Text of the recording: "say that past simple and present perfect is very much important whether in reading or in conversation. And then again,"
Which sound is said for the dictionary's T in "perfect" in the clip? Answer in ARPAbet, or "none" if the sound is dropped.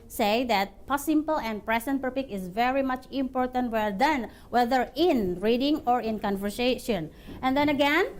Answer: none